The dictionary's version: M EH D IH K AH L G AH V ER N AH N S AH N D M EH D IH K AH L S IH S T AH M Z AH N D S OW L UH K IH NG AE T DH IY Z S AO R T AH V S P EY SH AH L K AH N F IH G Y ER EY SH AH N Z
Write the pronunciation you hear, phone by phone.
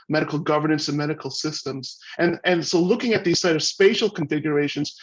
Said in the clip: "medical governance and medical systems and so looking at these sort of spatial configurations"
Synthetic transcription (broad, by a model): M EH D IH K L G AH V ER N AH N S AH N M EH D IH K L S IH S T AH M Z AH N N S OW L UH K IH NG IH T DH IY Z S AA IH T AH V S P EY SH L K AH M F IH G Y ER EY SH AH N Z